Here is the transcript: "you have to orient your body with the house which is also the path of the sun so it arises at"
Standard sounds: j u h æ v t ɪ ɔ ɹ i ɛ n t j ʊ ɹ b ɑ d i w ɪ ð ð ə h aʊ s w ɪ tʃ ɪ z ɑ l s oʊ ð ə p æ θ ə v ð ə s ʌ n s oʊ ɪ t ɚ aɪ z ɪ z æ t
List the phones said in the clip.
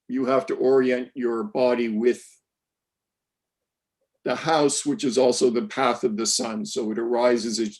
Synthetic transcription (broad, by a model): j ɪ h æ f t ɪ ɔ ɹ i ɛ n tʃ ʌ ɹ b ɑ d i w ɪ ð ð ə h aʊ s w ɪ tʃ ɪ z ɑ l s oʊ ð ə p æ θ ə v ð ə s ʌ n s oʊ ɪ t ɚ aɪ z ɪ z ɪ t